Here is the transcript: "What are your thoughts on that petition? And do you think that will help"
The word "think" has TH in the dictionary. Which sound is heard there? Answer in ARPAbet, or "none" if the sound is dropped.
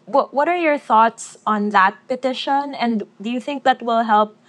TH